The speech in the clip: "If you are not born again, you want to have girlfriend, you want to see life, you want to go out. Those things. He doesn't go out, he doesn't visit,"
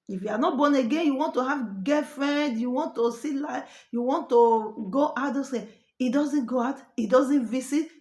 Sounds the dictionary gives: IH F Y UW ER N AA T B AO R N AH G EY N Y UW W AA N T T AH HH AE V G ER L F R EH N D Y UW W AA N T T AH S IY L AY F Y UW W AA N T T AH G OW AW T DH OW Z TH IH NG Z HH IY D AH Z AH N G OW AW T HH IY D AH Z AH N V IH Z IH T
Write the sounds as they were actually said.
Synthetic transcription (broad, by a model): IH F Y UW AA N AA T B AO N AH G EY N Y UW W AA N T T AH HH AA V G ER F R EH N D Y UW W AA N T T AH S IY L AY Y UW W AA N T T AH G OW T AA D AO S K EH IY D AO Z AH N G OW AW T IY D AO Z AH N V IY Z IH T